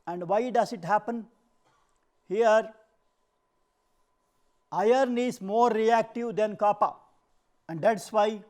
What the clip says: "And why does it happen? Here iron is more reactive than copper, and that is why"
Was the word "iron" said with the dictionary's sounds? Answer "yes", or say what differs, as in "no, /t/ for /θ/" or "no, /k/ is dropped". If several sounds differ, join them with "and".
yes